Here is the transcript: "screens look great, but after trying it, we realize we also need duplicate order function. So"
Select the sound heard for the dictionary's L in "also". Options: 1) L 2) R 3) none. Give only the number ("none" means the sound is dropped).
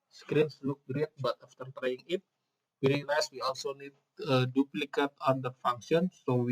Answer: 1